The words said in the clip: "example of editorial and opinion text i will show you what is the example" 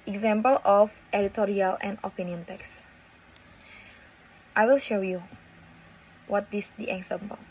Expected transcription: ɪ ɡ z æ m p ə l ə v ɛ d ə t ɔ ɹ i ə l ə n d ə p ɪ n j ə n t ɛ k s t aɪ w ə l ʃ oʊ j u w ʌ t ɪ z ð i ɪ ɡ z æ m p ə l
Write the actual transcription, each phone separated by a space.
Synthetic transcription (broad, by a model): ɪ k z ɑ m p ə l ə f ɛ d ə t ɔ ɹ i ə l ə n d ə p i n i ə n t ɛ k s t aɪ w ə l ʃ oʊ j u w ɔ t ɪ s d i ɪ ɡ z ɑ m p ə l